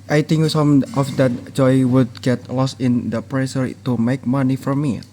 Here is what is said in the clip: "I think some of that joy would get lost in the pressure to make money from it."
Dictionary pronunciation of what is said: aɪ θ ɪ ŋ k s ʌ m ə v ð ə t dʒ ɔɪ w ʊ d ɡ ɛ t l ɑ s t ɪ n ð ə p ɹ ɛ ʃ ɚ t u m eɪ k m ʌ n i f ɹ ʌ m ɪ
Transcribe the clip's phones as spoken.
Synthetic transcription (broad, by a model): aɪ t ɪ ŋ k s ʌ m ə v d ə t dʒ ɔɪ w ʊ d ɡ ɛ t l ɑ s t ɪ n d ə p ɹ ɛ s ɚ t u m eɪ k m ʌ n i f ɹ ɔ m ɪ